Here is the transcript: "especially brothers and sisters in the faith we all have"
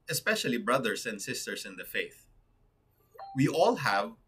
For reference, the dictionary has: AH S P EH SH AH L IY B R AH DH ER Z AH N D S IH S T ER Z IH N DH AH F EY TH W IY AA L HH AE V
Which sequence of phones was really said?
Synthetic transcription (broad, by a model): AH S P EH SH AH L IY B R AH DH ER S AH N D S IH S T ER S IH N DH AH F EY TH W IY AA L HH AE V